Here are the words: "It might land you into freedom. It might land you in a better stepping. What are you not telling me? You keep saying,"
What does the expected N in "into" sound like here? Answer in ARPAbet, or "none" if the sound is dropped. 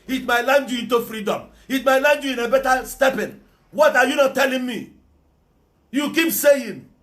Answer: N